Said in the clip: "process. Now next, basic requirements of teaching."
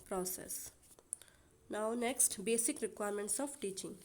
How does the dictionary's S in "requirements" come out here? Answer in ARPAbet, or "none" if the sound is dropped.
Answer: S